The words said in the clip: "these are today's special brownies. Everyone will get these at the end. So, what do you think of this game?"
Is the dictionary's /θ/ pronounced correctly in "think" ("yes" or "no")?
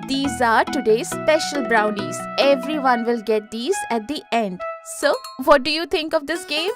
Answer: no